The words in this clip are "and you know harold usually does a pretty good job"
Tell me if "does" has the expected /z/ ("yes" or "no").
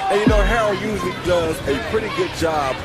yes